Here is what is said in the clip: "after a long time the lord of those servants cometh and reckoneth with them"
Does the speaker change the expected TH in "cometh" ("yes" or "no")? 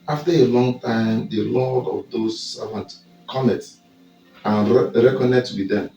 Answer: yes